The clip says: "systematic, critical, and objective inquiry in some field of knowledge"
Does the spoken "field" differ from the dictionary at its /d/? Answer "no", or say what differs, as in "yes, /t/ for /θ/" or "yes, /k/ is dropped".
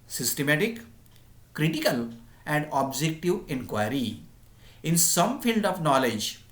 no